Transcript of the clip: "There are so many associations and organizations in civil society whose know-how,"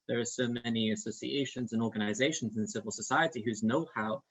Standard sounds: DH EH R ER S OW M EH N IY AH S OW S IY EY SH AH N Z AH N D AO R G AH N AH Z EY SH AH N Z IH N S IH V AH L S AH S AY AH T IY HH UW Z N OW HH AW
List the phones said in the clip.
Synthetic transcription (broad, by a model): DH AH R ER S OW M EH N IY AH S OW S IY EY SH AH N Z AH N AO R G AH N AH Z EY SH N Z IH N S IH V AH L S AH S AY AH T IY HH UW Z N OW HH AW